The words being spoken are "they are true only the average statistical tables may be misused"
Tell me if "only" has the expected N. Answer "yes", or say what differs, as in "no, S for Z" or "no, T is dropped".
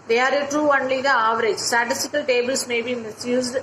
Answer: yes